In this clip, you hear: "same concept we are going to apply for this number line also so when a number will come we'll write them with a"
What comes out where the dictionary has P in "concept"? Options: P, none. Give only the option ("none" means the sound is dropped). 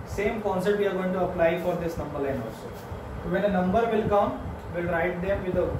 none